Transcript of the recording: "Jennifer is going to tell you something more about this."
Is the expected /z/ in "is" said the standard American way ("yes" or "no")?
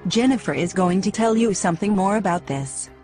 yes